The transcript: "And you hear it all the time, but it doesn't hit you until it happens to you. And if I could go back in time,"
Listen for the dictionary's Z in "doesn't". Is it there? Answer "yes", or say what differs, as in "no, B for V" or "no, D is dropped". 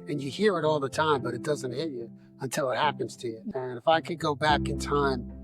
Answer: yes